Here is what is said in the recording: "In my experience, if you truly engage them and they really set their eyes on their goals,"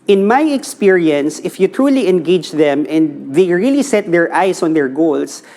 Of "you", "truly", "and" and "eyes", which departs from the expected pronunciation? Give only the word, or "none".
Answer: eyes